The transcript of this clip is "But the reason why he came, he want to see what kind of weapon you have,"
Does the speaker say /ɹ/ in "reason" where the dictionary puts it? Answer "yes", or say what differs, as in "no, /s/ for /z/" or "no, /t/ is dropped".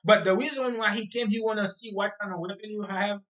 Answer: no, /w/ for /ɹ/